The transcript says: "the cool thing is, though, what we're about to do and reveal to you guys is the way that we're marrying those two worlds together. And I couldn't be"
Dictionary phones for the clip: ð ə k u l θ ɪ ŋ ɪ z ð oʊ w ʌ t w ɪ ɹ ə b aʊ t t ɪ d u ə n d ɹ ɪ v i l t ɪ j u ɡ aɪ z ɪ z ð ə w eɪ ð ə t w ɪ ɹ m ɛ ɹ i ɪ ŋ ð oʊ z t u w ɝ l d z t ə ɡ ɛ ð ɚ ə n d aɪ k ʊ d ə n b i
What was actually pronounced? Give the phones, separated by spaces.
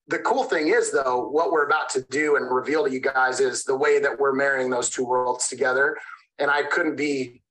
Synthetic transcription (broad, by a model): ð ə k u l θ ɪ ŋ ɪ z ð oʊ w ʌ t w ɪ ɹ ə b aʊ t t ɪ d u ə n ɹ ɪ v i l t ɪ j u ɡ aɪ z ɪ z ð ə w eɪ ð ə t w ɪ ɹ m ɛ ɹ i ɪ ŋ ð oʊ z t u w ɝ l d z t ə ɡ ɛ ð ɚ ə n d aɪ k ʊ d n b i